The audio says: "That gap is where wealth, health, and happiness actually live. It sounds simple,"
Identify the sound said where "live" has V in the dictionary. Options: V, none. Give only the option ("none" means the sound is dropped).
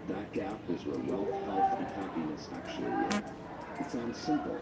none